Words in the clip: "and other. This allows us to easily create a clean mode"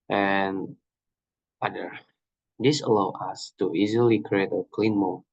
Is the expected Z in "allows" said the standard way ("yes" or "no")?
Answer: no